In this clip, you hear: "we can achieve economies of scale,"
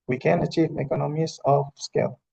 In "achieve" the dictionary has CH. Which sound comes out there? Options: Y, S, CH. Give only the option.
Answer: CH